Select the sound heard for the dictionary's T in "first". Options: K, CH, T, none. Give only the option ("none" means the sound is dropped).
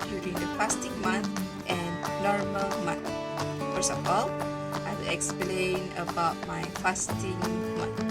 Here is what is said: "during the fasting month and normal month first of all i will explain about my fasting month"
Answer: none